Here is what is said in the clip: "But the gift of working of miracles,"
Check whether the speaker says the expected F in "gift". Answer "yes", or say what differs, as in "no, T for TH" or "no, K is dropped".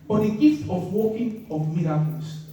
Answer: yes